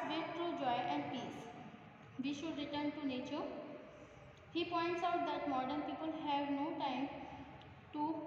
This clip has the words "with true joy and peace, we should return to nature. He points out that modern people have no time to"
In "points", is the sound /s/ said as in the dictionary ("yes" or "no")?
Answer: yes